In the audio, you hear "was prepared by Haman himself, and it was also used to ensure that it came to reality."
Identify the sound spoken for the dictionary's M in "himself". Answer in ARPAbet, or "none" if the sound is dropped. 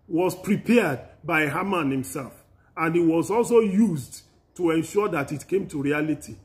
M